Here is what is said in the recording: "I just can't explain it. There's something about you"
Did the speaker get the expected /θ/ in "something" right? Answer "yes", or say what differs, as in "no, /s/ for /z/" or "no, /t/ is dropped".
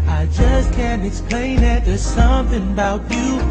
yes